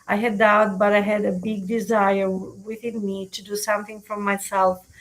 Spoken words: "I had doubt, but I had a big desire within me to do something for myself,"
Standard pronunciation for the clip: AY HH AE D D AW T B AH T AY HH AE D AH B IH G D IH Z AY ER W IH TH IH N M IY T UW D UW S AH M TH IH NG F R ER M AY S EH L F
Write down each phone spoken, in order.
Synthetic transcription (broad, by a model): AY HH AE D D AW T B AH T AY HH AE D AH B IH G D IH Z AY ER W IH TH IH N M IY T UW D UW S AH M TH IH NG F R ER M AY S EH L F